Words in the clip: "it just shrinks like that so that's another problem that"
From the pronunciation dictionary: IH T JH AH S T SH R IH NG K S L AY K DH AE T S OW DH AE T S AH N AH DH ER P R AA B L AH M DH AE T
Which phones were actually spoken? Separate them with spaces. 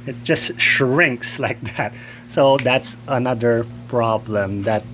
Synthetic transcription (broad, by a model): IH T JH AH S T SH R IH NG K S L AY K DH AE T S OW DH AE T S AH N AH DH ER P R AA B L AH M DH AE T